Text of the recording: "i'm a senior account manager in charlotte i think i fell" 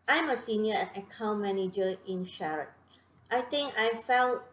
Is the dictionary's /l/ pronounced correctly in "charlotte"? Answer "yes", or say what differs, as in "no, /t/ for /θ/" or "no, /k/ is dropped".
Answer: no, /l/ is dropped